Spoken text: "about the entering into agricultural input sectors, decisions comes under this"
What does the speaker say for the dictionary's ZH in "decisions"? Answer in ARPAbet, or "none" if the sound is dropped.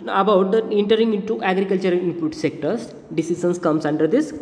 S